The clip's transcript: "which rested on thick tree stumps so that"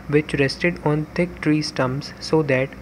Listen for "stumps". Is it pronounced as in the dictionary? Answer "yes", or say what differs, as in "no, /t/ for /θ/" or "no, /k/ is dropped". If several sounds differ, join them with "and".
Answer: no, /p/ is dropped